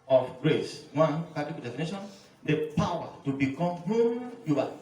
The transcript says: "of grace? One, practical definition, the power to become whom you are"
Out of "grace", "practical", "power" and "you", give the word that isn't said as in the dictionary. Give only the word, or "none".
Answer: practical